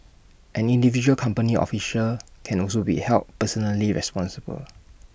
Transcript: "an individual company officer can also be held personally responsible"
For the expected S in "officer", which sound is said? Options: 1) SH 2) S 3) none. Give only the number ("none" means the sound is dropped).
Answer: 1